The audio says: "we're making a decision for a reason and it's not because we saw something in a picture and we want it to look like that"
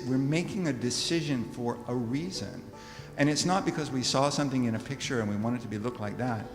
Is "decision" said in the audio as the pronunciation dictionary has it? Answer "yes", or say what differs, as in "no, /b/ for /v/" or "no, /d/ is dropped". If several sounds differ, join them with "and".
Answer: yes